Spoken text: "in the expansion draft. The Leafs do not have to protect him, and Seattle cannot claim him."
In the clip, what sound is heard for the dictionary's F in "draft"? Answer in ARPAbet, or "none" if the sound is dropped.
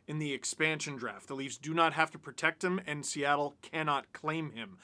F